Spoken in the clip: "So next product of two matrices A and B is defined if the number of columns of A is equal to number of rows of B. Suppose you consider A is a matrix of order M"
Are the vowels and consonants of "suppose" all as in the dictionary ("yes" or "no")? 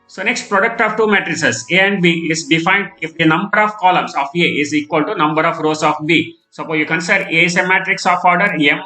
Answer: no